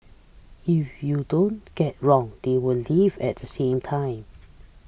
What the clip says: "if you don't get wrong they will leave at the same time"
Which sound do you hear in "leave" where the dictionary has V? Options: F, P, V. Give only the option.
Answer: V